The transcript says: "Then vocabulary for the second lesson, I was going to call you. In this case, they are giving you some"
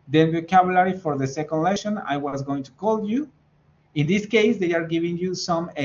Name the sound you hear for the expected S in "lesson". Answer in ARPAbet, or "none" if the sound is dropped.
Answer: SH